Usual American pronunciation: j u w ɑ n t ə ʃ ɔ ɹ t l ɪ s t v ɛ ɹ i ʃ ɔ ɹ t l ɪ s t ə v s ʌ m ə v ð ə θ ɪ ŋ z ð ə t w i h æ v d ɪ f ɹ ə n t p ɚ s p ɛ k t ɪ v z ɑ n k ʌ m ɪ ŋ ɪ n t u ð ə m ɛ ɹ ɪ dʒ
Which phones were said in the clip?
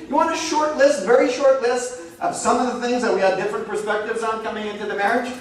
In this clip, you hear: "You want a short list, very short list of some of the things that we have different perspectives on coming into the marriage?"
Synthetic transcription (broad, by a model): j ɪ w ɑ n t ə ʃ ɔ ɹ t l ɪ s t v ɛ ɹ i ʃ ɔ ɹ t l ɪ s t ə v s ʌ m ə v ð ə θ ɪ ŋ z ð ə t w i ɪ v d ɪ f ɹ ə n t p ɚ s p ɛ k t ɪ v z n k ʌ m ɪ ŋ ɪ n t u ð ə m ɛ ɹ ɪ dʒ